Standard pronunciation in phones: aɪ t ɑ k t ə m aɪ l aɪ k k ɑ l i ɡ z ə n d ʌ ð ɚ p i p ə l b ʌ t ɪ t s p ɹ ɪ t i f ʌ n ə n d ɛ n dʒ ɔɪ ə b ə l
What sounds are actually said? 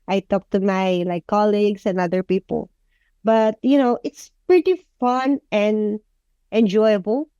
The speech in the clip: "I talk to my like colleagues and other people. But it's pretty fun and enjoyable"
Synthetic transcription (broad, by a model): aɪ t ɑ k t ə m aɪ l aɪ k k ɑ l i ɡ s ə n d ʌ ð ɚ p i p ə l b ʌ t ɪ t s p ɹ ɪ t i f ʌ n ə n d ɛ n dʒ ɔɪ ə b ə l